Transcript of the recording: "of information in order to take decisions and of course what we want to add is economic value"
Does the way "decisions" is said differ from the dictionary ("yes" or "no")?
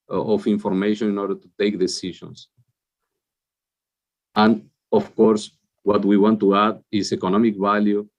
yes